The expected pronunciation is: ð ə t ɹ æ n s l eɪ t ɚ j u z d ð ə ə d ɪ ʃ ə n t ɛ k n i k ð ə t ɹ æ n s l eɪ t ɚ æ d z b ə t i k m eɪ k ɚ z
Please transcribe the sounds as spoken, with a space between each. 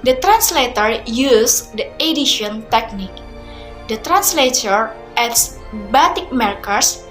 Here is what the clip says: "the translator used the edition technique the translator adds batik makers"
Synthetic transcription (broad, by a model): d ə t ɹ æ n s l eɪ t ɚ j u s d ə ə d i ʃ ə n t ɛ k n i k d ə t ɹ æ n s l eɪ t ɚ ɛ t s b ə t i k m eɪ k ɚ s